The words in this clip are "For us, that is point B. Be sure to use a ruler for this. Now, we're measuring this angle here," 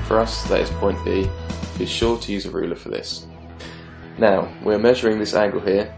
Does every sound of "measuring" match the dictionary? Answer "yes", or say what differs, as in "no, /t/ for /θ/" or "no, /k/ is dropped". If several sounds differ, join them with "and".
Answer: yes